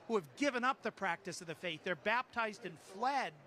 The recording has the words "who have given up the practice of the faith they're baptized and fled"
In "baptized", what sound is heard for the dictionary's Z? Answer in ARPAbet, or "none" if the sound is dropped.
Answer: Z